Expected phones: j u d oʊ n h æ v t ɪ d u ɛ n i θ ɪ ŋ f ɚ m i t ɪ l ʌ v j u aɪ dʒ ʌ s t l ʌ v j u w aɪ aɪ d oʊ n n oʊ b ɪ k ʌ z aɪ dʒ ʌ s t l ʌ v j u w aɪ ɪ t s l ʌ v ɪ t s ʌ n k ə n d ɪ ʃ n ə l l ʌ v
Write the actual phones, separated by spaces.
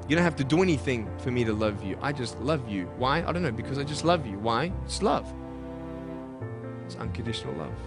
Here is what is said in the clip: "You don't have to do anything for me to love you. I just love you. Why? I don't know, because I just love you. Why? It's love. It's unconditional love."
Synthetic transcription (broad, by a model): j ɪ d oʊ n h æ f t ɪ d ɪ ɛ n i θ ɪ ŋ f ɚ m i t ɪ l ʌ v j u aɪ dʒ ʌ s t l ʌ v j u w aɪ aɪ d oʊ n n oʊ b ɪ k ʌ z aɪ dʒ ʌ s t l ʌ v j u w aɪ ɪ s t l ʌ v ɪ t s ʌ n k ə n d ɪ ʃ n l l ʌ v